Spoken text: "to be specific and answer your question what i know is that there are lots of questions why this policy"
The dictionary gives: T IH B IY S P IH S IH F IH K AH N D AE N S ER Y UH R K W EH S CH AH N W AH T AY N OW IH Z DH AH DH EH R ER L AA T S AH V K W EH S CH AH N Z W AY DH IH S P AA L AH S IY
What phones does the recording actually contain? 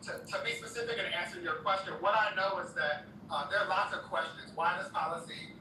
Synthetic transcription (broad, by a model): T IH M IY S P IH S IH F IH K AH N AE N S ER Y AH R K W EH S CH AH N W AH T AY N OW IH Z DH AH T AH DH ER L AA T S AH V K W EH S CH AH N Z W AY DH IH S P AA L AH S IY